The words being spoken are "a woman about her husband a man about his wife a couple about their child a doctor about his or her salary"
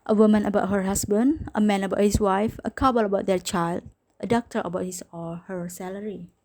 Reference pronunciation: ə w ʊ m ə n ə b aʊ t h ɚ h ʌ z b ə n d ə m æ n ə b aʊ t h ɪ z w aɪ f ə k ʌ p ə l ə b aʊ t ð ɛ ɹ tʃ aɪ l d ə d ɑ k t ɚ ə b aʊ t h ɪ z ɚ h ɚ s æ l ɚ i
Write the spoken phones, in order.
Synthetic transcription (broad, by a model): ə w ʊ m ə n ə b aʊ t h ɚ h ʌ s b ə n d ə m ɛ n ə b aʊ t h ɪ s w aɪ f ə k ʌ b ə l ə b aʊ t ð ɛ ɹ tʃ aɪ l d ə d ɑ k t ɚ ə b aʊ t h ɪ s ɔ h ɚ s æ l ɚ i